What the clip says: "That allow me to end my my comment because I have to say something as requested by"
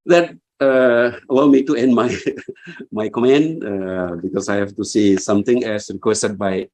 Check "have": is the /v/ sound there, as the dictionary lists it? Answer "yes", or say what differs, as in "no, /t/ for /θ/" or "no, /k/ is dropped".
no, /f/ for /v/